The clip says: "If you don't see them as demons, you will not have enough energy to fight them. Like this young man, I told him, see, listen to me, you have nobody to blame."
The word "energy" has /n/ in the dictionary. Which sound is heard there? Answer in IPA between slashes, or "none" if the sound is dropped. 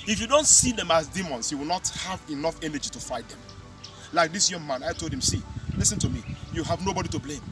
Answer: /n/